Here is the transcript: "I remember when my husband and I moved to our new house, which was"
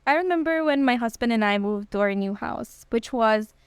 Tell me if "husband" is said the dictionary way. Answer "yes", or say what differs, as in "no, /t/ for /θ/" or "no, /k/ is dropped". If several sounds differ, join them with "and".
yes